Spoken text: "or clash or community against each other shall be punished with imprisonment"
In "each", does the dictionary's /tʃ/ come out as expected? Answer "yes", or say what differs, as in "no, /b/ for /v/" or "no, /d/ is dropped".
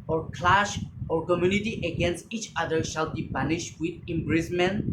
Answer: yes